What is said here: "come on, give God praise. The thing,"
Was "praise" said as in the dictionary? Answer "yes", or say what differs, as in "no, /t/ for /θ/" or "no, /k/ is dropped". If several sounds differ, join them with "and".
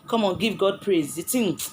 yes